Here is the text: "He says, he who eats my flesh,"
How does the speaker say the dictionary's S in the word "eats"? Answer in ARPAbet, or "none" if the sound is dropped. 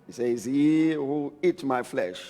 none